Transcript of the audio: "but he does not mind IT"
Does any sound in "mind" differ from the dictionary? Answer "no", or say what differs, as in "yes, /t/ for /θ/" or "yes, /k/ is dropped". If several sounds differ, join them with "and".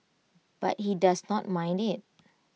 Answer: no